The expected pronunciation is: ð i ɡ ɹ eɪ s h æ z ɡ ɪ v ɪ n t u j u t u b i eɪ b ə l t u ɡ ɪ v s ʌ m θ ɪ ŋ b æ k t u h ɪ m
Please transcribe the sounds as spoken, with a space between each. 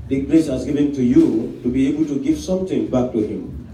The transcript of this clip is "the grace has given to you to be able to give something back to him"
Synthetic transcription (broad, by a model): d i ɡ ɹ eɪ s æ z ɡ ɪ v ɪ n t u j u t u b i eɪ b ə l t u ɡ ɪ f s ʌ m t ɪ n b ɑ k t u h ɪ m